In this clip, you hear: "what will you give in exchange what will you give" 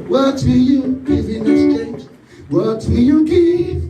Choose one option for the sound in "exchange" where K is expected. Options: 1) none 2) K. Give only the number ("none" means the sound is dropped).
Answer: 1